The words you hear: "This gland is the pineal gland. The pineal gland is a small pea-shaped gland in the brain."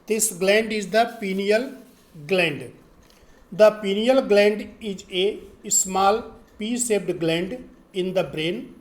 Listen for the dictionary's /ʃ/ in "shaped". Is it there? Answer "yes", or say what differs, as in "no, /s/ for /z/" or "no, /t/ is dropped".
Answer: no, /s/ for /ʃ/